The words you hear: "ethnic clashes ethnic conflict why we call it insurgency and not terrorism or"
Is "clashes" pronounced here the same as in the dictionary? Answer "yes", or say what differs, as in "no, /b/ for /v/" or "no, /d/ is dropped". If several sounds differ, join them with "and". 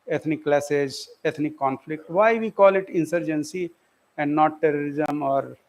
no, /s/ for /ʃ/